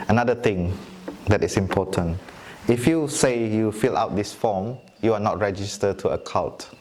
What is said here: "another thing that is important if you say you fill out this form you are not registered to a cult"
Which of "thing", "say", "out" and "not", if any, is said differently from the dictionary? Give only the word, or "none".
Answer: thing